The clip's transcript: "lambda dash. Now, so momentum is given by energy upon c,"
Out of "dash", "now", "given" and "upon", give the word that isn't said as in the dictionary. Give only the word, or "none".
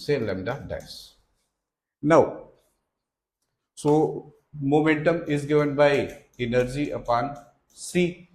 dash